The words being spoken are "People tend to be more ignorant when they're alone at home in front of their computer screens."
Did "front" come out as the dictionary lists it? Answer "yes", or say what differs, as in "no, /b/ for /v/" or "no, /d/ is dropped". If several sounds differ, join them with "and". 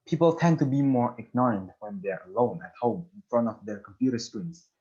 yes